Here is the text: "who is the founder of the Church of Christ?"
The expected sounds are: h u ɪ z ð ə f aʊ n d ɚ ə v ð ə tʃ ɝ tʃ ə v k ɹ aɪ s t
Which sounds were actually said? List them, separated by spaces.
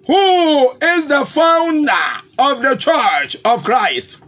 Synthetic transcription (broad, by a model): h u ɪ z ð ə f aʊ n d ɚ ə v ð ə tʃ ɝ tʃ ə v k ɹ aɪ s t